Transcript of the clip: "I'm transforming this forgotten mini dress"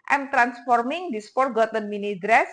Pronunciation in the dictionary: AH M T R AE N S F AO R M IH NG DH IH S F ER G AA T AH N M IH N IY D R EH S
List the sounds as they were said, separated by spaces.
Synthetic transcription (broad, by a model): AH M T R AE N S F AO R M IH NG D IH S P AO G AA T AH N M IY N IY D R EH S